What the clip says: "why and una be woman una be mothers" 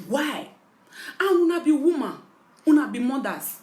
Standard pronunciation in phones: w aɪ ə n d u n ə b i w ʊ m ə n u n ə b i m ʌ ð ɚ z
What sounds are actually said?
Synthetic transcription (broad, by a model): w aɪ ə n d u n ə b i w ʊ m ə u n ə b i m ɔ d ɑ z